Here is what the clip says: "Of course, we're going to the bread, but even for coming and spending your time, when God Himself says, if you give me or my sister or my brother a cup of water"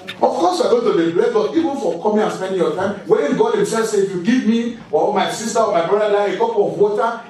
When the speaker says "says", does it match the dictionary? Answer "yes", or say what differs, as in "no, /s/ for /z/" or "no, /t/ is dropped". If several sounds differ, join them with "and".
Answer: no, /z/ is dropped